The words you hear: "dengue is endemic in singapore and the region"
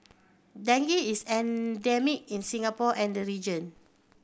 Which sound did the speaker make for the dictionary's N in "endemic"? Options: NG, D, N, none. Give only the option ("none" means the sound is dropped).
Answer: N